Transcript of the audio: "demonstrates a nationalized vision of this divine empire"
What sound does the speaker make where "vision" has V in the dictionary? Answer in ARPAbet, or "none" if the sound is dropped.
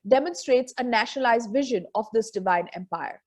V